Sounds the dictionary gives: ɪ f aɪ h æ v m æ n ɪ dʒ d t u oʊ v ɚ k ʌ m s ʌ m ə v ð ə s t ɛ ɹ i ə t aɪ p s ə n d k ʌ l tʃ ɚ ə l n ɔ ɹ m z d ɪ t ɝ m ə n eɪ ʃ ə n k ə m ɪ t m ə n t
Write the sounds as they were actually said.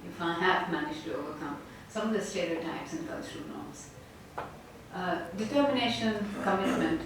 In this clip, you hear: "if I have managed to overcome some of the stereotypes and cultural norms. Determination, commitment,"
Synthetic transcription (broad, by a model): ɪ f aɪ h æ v m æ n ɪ dʒ t u oʊ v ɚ k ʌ m s ʌ m ə v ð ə s t ɛ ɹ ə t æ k s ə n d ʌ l ʃ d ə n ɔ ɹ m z d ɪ t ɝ m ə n eɪ ʃ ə n k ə m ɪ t m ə n t